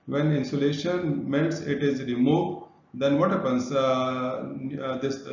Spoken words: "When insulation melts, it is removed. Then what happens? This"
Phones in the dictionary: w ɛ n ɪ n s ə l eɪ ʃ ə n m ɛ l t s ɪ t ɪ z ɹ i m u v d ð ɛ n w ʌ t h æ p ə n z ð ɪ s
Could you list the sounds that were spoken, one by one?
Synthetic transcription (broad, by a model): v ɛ n ɪ n s ə l eɪ ʃ ə n m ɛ n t s ɪ t ɪ z ɹ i m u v d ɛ n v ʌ t h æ p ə n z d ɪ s